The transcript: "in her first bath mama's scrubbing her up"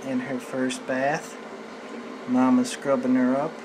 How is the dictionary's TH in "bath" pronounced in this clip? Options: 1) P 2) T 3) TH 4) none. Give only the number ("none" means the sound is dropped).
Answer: 3